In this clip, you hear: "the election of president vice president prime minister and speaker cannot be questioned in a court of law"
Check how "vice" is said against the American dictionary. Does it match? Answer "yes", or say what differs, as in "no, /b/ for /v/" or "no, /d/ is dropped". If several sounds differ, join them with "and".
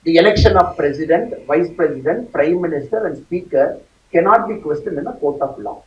yes